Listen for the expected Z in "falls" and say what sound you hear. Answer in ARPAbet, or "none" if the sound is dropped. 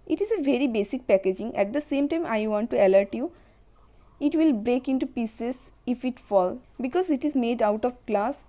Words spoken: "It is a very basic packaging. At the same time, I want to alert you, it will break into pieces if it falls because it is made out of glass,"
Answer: none